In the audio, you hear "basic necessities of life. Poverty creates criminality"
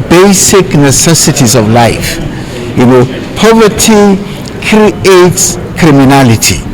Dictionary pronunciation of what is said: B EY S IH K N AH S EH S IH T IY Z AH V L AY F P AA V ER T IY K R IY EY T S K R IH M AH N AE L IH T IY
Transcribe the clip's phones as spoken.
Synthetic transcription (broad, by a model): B EY S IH K N AH S EH S IH T IY Z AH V L AY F P AA V ER T IY K R IY EY T S K R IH M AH N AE L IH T IY